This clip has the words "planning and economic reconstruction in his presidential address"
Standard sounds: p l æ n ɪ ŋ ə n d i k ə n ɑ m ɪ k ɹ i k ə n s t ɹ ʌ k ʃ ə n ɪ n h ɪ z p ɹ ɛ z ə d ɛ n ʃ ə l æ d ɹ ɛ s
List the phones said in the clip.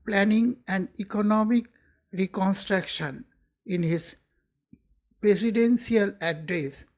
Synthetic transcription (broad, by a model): p l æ n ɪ ŋ ə n d i k ə n ɑ m ɪ k ɹ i k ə n s t ɹ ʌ k ʃ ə n ɪ n h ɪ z p ɹ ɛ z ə d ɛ n s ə l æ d ɹ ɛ s